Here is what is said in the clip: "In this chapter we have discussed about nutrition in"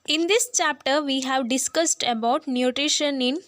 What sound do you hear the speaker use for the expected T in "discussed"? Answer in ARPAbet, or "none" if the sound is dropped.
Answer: T